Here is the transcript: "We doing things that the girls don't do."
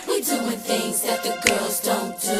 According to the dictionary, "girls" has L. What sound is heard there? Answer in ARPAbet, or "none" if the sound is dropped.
L